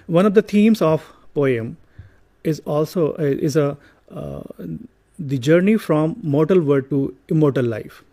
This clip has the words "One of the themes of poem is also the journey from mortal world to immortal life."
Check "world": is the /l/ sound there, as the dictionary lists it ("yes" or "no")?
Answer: no